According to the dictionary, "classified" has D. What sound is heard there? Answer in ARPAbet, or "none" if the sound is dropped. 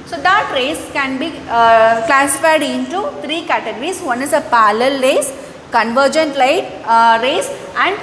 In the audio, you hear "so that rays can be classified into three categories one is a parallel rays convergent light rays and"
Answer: D